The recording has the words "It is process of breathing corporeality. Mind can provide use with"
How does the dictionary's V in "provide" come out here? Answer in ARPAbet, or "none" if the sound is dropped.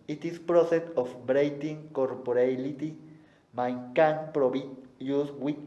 B